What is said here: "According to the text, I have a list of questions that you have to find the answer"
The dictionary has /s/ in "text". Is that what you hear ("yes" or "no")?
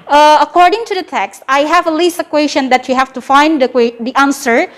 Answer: yes